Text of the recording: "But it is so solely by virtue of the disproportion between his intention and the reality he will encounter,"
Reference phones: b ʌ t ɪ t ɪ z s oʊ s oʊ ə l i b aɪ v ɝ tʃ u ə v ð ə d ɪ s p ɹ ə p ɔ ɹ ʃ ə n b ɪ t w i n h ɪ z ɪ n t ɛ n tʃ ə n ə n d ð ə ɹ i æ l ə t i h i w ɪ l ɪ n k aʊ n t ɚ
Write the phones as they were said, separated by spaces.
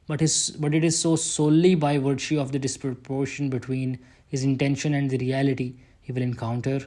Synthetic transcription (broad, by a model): b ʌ t ɪ t ɪ z s oʊ s oʊ l i b aɪ v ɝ ʃ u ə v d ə d ɪ s p ɹ ə p ɔ ɹ ʃ ə n b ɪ t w i n h ɪ z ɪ n t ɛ n ʃ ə n ə n d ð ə ɹ i æ l ə t i h i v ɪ l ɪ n k aʊ n t ɚ